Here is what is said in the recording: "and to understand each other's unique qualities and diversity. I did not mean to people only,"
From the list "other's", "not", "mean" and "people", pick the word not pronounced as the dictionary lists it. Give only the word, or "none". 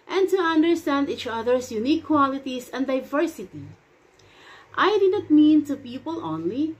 other's